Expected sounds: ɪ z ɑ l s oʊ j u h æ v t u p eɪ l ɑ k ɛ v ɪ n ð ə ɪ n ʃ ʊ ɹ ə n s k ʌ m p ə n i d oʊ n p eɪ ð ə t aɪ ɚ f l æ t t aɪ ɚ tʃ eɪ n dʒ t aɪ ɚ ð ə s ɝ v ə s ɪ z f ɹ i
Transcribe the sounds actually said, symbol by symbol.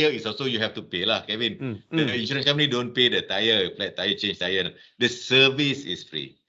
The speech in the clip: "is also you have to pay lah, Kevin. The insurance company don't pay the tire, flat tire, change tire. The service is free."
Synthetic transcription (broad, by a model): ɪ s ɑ s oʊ j u h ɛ f t u p eɪ l ɑ k ɛ v ɪ n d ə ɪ n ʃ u ɹ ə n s k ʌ m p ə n i d oʊ n p eɪ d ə t aɪ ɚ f l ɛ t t aɪ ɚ tʃ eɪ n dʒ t aɪ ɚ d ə s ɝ v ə s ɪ s f ɹ i